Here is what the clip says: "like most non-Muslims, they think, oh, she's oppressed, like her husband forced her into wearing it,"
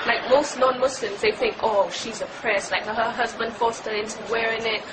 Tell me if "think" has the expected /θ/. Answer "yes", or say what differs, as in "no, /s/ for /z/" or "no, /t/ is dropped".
yes